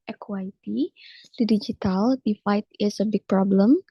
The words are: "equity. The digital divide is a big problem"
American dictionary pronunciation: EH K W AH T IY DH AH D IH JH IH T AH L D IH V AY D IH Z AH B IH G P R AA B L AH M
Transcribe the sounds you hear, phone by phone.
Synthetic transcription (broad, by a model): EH K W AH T IY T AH D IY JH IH T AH L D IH F AY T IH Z AH B IH G P R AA B L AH M